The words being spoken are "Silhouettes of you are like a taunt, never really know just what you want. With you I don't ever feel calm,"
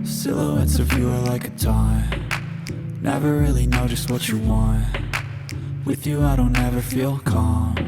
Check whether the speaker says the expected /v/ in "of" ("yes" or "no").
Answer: yes